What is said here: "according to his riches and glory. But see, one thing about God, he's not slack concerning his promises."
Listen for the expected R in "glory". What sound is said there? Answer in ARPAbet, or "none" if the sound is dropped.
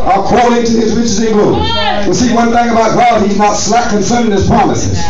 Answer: W